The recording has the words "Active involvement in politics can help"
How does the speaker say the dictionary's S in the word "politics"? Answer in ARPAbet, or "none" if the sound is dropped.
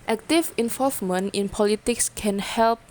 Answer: S